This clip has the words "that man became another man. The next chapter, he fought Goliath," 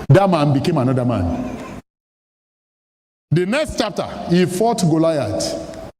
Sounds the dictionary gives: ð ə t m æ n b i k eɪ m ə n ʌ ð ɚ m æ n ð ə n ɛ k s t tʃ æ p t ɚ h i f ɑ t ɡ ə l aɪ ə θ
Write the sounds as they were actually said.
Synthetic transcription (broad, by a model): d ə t m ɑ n b i k eɪ m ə n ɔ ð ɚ m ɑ n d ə n ɛ k s t tʃ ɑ p t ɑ h i f ɑ t ɡ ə l aɪ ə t